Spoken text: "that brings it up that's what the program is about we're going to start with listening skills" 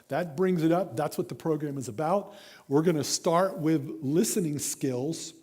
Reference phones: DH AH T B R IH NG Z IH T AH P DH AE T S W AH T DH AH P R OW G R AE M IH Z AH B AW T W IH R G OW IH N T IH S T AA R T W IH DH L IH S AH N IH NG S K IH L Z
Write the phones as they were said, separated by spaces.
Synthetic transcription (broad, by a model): DH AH T B R IH NG Z IH T AH P DH AE T S W AH T DH AH P R OW G R AE M IH Z AH B AW T W IH R G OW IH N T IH S T AA R T W IH DH L IH S AH N IH NG S K IH L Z